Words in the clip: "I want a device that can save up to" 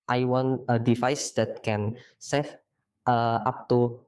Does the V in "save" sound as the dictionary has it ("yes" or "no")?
no